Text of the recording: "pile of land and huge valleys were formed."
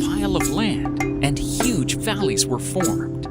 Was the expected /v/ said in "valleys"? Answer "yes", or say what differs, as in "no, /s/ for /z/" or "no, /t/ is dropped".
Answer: yes